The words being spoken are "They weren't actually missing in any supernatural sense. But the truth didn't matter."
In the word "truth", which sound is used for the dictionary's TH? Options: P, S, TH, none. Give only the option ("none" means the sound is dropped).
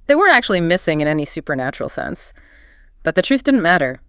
TH